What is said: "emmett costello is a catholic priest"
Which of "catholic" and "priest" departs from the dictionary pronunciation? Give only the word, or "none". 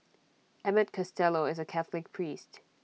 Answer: none